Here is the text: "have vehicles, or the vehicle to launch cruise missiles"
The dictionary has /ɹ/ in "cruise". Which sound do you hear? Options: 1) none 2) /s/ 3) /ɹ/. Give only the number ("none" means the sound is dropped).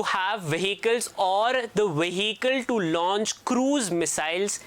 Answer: 3